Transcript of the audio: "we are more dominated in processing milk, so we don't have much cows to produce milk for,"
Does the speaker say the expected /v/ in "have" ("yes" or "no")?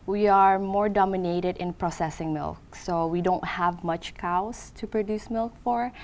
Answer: yes